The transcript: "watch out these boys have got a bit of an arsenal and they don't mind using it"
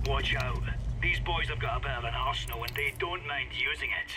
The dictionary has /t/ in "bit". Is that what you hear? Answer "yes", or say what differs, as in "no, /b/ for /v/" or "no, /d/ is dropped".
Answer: no, /t/ is dropped